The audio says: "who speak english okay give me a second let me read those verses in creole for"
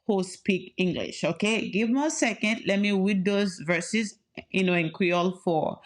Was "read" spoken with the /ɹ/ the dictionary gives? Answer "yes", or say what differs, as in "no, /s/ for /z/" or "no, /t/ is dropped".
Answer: no, /w/ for /ɹ/